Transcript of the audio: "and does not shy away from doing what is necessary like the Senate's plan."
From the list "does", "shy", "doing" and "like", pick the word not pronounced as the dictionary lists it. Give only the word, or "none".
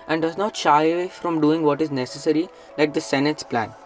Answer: none